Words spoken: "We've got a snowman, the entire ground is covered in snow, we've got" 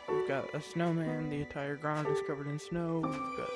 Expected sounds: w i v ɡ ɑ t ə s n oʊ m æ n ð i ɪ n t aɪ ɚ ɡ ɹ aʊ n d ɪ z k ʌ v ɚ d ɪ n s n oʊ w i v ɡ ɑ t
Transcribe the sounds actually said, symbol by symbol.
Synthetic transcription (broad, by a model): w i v ɡ ɑ t ə s n oʊ m æ n ð i ɪ n t aɪ ɚ ɡ ɹ aʊ n d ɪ s k ʌ v ɚ d ɪ n s n oʊ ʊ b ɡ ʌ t